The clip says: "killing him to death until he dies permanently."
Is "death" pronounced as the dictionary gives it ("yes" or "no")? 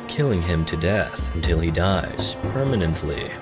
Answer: yes